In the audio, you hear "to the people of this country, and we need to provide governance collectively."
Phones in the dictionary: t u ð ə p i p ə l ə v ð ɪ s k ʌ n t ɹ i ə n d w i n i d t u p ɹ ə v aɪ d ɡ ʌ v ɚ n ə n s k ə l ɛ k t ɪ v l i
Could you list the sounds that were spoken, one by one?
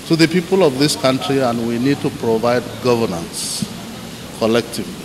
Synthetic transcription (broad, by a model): t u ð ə p i p ə l ə v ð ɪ s k ʌ n t ɹ i ə n d w i n i d t u p ɹ ə v aɪ d ɡ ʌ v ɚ n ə n s k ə l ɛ k t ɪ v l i